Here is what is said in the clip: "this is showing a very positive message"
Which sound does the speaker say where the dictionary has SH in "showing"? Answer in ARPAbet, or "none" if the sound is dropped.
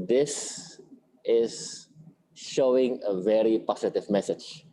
SH